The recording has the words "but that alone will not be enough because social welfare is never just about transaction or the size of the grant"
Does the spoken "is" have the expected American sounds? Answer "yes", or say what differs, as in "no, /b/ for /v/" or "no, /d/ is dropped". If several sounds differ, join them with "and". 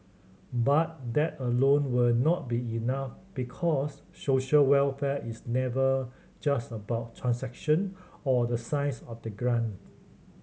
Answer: no, /s/ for /z/